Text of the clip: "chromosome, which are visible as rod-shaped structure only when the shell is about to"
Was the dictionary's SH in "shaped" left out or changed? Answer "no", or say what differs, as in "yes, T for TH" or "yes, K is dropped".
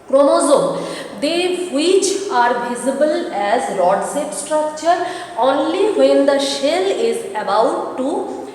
yes, S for SH